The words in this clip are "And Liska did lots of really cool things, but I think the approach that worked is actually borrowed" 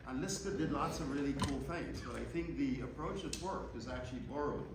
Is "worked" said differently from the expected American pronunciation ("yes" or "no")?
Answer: yes